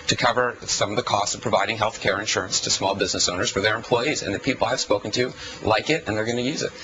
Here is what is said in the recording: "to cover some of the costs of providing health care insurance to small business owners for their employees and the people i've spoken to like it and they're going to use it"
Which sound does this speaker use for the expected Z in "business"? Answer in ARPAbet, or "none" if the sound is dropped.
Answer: Z